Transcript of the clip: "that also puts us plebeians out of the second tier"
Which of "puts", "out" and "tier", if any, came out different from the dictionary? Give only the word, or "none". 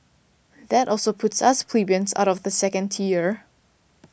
none